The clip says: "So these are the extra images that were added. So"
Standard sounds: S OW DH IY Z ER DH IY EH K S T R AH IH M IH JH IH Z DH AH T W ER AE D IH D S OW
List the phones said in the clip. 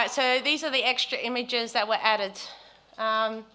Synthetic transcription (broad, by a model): S OW DH IY Z ER DH IY EH K S T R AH IH M IH JH IH Z DH AH T W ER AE D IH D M